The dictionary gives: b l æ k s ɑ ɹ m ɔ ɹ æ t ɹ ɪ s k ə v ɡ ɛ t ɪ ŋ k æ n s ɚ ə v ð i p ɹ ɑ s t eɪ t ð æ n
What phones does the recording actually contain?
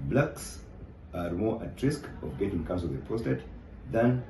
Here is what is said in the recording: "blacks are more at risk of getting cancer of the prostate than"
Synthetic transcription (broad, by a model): b l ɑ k s ɑ ɹ m ɔ ɹ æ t ɹ ɪ s k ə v ɡ ɛ t ɪ ŋ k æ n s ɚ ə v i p ɑ s t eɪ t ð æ n